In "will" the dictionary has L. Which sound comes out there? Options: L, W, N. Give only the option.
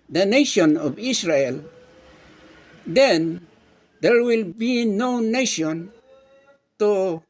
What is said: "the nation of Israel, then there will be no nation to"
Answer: L